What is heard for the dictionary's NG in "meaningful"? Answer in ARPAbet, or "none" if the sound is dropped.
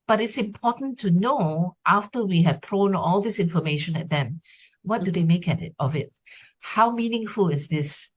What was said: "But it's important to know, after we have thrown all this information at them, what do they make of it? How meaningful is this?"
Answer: NG